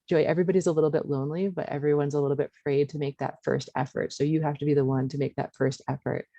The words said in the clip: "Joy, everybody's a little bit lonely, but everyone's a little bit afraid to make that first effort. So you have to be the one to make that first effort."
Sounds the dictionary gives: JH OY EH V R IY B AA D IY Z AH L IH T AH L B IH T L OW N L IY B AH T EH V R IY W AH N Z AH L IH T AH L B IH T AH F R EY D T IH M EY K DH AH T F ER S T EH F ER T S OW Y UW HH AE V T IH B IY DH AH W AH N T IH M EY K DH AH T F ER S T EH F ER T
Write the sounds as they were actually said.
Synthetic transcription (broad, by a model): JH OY EH V R IY B AA D IY Z AH L IH T L B IH T L OW N L IY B AH T EH V R IY W AH N Z AH L IH T L B IH T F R EY D T IH M EY K DH AH T F ER S T EH F ER T S OW Y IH HH AE F T IH B IY DH AH W AH N T IH M EY K DH AH T F ER S T EH F ER T